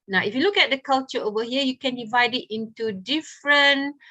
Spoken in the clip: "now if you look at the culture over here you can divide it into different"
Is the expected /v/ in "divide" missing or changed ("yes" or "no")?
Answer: no